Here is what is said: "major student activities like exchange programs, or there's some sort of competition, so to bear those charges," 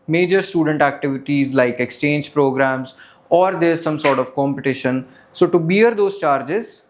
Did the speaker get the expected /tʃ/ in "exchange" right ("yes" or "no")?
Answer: yes